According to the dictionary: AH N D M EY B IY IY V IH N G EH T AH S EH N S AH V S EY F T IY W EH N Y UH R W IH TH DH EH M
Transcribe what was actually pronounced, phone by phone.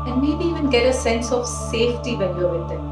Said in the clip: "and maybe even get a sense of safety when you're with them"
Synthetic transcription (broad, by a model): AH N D M EY B IY IY V IH N G EH T AH S EH N S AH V S EY F T IY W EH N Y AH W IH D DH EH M